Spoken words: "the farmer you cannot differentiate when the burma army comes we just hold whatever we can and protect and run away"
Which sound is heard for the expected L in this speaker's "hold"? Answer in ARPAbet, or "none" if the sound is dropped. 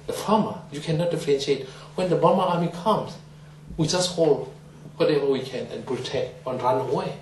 L